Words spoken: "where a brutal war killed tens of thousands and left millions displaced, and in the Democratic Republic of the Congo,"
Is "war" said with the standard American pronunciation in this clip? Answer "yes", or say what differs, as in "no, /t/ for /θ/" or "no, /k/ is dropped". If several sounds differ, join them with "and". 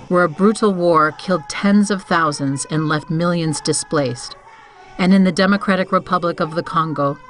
yes